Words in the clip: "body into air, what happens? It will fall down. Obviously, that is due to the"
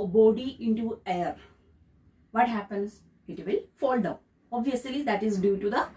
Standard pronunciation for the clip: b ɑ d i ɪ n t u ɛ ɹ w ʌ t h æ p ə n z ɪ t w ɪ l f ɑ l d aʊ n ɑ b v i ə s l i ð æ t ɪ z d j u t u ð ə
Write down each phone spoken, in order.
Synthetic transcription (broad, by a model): b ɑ d i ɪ n t u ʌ ɹ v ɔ t h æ p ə n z ɪ t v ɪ l f ɑ l d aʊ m ɑ b v i ə s l i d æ t ɪ z d j u t u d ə